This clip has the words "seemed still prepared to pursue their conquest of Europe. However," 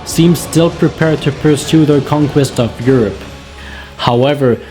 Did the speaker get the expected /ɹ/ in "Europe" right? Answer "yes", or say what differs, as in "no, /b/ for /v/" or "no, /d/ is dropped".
yes